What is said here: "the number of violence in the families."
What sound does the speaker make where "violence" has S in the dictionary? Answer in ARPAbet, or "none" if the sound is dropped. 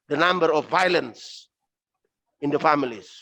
S